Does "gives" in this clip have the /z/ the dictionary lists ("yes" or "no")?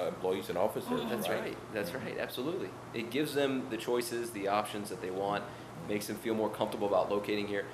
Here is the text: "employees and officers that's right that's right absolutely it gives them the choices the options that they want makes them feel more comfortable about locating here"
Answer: yes